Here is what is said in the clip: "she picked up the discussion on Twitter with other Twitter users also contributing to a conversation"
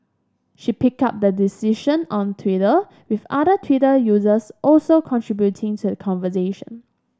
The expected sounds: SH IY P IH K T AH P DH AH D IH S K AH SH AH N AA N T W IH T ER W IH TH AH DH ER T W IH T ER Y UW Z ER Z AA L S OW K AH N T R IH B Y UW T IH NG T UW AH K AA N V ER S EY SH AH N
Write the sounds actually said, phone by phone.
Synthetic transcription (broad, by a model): SH IY P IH K AA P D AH D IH S IY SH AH N AA N T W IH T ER W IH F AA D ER T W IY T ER Y UW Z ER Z AA L S OW K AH N T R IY B Y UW T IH NG T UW AH K AA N V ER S EY SH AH N